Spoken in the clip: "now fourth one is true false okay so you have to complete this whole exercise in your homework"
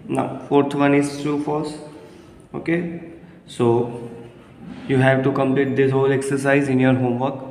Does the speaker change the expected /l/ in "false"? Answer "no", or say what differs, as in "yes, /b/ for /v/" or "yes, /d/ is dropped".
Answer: yes, /l/ is dropped